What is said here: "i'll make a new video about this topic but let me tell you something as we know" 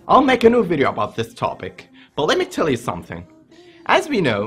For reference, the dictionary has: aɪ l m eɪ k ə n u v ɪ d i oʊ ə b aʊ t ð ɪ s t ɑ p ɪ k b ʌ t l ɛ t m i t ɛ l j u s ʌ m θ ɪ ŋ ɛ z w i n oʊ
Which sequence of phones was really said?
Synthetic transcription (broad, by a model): aɪ l m eɪ k ə n u v ɪ d i oʊ ə b aʊ t ð ɪ s t ɑ p ɪ k b ʌ t l ɛ t m i t ɛ l j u s ʌ m θ ɪ ŋ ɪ z w i n oʊ